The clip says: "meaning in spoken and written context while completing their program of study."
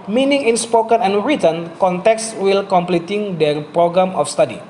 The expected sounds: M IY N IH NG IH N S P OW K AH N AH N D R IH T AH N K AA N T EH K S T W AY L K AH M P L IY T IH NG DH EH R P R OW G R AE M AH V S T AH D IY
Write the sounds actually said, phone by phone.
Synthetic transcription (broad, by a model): M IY N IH NG IH N S P OW K AH N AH N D R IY T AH N K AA N T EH K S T W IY L K AH M P L IY T IH NG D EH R P R OW G R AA M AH F S T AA D IY